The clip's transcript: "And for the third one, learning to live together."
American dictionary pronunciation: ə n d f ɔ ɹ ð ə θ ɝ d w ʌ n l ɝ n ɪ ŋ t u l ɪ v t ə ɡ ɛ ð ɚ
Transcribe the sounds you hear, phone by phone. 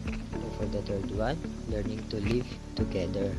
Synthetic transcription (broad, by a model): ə f ɔ ɹ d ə t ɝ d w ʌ n l ɝ n ɪ ŋ t u l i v t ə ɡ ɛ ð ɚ